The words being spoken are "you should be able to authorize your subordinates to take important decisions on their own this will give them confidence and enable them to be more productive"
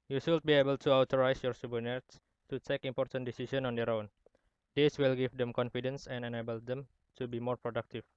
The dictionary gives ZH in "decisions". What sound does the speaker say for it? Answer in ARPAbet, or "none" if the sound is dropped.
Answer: S